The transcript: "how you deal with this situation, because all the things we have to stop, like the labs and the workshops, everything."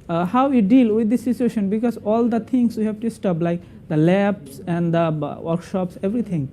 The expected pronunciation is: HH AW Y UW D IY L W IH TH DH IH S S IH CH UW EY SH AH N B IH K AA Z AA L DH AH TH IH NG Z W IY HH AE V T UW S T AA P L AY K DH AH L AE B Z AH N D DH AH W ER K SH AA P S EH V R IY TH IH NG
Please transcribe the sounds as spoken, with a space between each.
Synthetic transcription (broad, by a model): HH AW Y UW D IY L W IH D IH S S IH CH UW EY SH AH N B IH K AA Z AA L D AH T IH NG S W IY HH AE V T UW S T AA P L AY K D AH L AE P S AH N D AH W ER K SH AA P S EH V R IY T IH NG